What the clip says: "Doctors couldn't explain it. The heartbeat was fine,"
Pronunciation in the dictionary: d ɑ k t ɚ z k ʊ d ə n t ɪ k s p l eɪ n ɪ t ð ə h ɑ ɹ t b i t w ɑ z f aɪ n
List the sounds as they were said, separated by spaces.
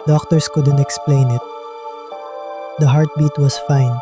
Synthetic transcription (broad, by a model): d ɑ k t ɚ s k ʊ d ə n t ɪ k s p l eɪ n ɪ t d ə h ɑ ɹ t b i t w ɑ s f aɪ n